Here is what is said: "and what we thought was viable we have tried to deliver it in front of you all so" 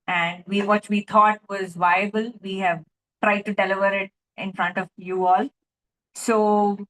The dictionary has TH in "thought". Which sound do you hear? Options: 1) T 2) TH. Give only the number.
1